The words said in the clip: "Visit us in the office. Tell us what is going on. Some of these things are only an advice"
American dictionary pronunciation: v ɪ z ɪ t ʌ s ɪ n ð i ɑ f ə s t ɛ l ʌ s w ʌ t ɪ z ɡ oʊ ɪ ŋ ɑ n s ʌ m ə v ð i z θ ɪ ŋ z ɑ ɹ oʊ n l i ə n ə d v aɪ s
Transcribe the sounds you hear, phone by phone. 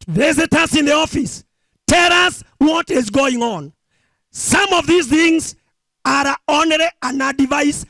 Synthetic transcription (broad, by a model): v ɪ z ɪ t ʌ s ɪ n ð i ɑ f ə s t ɛ l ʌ s w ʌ t ɪ z ɡ oʊ ɪ ŋ ɑ n s ʌ m ə v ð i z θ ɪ ŋ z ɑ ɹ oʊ n i ə n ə d v aɪ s